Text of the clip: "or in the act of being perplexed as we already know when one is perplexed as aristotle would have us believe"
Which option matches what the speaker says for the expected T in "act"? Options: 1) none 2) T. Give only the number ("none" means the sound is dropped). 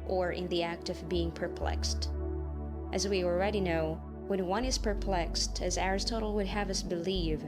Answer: 2